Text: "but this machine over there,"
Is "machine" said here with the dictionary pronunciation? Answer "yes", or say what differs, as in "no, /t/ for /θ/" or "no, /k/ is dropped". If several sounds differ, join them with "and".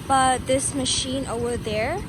yes